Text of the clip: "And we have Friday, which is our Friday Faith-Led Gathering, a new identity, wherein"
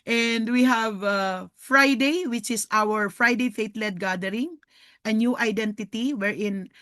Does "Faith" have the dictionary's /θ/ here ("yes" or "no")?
no